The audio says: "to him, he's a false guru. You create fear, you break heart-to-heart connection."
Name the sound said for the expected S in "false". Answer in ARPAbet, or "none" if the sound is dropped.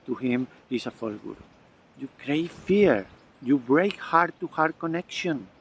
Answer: none